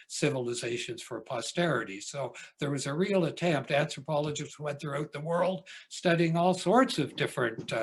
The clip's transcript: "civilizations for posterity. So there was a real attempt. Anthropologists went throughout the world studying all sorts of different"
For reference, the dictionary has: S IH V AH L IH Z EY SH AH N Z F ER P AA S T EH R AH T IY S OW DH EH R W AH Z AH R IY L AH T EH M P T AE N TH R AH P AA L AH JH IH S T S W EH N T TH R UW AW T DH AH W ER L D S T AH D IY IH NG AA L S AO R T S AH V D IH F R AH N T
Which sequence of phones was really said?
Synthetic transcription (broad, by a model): S IH V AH L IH Z EY SH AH N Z F ER P AA S T EH R AH T IY S OW DH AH R W AH Z AH R IY L AH T EH M P T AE N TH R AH P AA L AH JH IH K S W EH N TH R UW AW T DH AH W ER L D S T AH D IY IH NG AA L S AO R T S AH V D IH F R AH N T